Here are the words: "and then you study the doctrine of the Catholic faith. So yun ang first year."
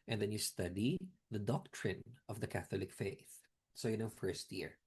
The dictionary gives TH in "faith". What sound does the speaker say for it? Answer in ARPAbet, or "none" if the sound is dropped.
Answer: TH